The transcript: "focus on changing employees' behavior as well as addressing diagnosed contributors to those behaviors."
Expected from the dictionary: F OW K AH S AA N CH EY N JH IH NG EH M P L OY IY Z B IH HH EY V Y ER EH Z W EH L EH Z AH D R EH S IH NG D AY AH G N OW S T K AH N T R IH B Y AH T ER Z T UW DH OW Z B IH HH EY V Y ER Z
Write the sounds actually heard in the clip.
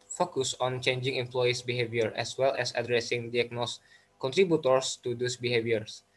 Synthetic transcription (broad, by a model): F OW K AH S AA N CH EY N JH IH NG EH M P L OY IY S B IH HH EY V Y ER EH S W EH L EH S AH D R EH S IH NG D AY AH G N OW S K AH N T R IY B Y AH T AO S T UW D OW S B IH HH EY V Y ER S